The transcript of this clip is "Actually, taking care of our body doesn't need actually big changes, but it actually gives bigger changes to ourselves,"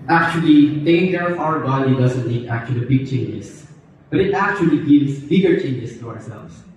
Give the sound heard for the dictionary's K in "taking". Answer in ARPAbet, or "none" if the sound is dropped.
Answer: none